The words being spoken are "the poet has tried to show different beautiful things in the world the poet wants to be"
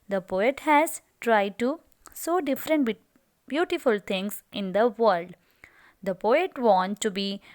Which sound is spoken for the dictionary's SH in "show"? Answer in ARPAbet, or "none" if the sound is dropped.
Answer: S